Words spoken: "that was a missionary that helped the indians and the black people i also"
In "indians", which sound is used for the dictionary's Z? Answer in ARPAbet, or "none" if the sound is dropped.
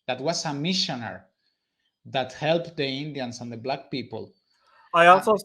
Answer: S